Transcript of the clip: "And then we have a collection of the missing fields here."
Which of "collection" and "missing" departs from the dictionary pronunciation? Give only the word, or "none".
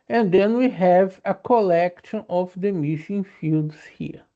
missing